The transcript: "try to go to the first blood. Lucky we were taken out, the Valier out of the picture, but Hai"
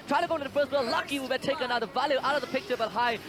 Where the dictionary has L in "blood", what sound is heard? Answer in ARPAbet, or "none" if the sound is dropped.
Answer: none